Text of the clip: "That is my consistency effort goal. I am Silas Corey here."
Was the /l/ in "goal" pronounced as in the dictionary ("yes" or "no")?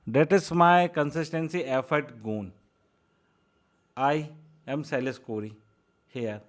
no